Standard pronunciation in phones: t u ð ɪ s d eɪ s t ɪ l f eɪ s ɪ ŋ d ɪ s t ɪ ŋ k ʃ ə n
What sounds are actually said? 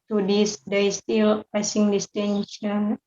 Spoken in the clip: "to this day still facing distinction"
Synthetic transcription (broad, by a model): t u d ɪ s d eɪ s t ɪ l p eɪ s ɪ ŋ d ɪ s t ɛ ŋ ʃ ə n